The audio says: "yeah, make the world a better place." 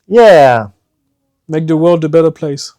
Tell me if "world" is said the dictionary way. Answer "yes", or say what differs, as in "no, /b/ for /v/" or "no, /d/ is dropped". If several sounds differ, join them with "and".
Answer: yes